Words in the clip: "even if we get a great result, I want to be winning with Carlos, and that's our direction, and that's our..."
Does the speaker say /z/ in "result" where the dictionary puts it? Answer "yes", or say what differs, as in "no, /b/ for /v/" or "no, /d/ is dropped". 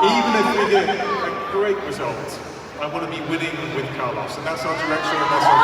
yes